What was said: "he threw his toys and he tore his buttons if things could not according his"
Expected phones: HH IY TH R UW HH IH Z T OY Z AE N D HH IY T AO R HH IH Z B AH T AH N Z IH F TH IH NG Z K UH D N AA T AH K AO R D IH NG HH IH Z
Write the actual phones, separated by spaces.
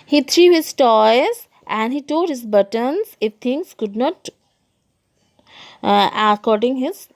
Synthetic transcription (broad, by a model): HH IY T R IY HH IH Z T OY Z AE N D HH IY T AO L HH IH Z B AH T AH N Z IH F T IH NG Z K UH D N AA T AH K AO R D IH NG HH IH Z